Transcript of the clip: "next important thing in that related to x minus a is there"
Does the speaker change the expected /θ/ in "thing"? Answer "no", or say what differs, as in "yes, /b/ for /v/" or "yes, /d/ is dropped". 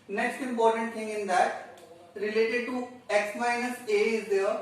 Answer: yes, /t/ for /θ/